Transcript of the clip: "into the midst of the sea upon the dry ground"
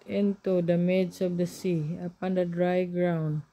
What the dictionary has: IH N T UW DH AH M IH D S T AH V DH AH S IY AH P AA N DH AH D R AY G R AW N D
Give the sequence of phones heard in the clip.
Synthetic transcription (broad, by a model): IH N T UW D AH M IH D S AH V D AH S IY AH P AA N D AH D R AY G R AW N D